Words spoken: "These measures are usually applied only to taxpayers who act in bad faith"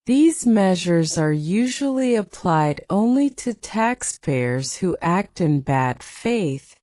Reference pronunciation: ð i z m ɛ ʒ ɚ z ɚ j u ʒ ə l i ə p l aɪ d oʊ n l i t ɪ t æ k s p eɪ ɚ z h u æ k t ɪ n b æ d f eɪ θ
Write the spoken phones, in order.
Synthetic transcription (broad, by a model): ð i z m ɛ ʒ ɚ z ɚ j u ʒ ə l i ə p l aɪ d oʊ n l i t ɪ t æ k s p eɪ ɚ z h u æ k t ɪ n b æ d f eɪ θ